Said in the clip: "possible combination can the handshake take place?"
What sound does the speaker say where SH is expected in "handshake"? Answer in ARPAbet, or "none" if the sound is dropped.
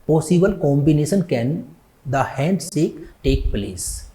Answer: S